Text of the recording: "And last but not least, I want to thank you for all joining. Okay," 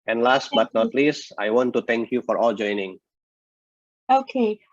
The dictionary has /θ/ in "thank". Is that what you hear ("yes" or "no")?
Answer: no